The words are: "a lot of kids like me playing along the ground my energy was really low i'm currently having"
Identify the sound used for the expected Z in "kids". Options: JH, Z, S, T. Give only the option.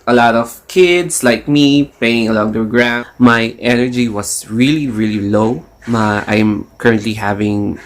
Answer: S